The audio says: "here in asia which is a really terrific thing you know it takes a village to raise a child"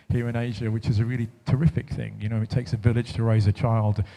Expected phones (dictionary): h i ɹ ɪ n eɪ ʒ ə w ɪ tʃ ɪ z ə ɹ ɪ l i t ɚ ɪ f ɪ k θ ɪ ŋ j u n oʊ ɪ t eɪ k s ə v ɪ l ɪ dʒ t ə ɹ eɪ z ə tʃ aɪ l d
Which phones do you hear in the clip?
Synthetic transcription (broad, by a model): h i ɹ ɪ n eɪ ʒ ə w ɪ tʃ ɪ z ə ɹ ɪ l i t ɚ ɪ f ɪ k θ ɪ ŋ j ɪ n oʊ ɪ t eɪ k s ə v ɪ l ɪ dʒ t ə ɹ eɪ z ə tʃ aɪ l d